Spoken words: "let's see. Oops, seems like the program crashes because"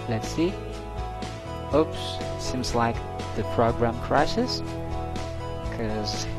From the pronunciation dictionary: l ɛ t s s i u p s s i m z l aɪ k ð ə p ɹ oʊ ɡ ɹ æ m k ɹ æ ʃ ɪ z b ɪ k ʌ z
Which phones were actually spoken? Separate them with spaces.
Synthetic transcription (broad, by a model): l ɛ t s s i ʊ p s s i m z l aɪ k ð ə p ɹ oʊ ɡ ɹ æ m k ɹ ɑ ɪ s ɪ k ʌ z